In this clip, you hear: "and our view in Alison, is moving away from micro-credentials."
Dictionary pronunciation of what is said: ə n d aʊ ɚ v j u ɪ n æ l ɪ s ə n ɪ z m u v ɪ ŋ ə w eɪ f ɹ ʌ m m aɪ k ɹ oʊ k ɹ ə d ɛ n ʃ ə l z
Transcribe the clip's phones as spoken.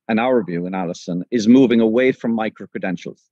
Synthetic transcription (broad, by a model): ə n aʊ ɚ v j u ɪ n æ l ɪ s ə n ɪ z m u v ɪ ŋ ə w eɪ f ɹ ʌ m m aɪ k ɹ oʊ k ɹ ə d ɛ n ʃ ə l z